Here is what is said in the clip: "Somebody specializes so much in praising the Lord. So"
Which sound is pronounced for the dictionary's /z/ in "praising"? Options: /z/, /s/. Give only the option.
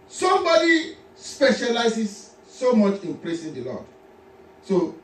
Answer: /s/